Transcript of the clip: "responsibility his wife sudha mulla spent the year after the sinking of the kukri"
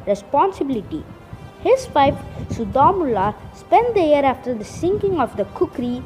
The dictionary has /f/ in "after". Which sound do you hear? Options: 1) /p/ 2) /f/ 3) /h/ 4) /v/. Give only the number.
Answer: 2